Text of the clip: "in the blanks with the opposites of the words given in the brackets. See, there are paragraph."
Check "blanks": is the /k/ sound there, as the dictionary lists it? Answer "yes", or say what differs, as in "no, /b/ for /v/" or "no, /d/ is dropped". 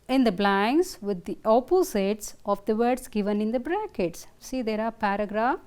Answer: no, /k/ is dropped